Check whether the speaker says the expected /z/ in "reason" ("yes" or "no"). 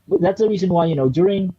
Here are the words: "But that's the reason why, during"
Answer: yes